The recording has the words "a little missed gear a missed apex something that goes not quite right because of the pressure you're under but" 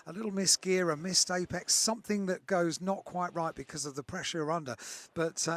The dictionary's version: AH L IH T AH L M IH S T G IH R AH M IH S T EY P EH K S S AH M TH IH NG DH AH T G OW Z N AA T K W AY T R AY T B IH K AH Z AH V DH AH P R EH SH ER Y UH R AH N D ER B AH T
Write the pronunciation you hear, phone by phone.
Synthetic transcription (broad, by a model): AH L IH T L M IH S G IH R AH M IH S T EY P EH K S S AH M TH IH NG DH AH T G OW Z N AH T K W AY T R AY T B IH K AH Z AH V DH AH P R EH SH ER R AH N D ER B AH T